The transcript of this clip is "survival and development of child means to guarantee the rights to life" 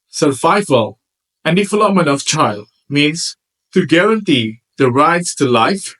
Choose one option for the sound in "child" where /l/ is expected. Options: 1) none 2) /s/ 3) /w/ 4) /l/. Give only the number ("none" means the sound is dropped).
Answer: 4